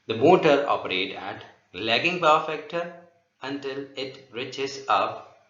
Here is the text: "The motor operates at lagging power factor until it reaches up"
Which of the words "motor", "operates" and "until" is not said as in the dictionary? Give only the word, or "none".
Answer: operates